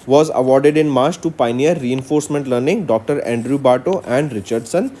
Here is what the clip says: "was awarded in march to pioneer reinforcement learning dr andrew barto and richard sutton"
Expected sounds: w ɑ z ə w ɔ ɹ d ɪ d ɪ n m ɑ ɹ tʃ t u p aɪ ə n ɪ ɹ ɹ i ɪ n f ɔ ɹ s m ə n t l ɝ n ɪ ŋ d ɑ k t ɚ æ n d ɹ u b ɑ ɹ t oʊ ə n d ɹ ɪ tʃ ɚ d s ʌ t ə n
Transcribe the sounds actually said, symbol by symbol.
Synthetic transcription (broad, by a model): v ɑ z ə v ɔ ɹ d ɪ d ɪ n m ɑ ɹ tʃ t u p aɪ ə n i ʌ ɹ i ɪ n f ɔ ɹ s m ə n t l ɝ n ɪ ŋ d ɑ k t ɚ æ n d ɹ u b ɑ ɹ t oʊ ə n d ɹ ɪ tʃ ɚ d s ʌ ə n